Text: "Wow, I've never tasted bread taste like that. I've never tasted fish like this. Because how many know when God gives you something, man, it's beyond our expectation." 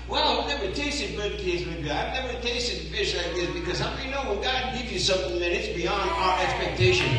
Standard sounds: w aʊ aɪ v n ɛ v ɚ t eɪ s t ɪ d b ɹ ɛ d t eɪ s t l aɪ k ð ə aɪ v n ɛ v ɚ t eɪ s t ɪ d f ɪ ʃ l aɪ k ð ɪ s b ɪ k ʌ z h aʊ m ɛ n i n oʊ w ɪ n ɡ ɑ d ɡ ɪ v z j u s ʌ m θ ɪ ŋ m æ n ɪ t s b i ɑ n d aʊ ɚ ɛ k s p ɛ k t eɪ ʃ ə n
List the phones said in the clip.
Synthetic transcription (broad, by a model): w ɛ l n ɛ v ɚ t eɪ s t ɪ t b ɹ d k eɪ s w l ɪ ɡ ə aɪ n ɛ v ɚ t eɪ s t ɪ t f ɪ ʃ l aɪ k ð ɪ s b ɪ k ʌ z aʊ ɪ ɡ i n oʊ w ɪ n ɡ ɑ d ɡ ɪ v j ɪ s ʌ m θ ɪ ŋ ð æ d ɪ t s b i ɑ n d aʊ ɚ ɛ k s p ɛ k t eɪ ʃ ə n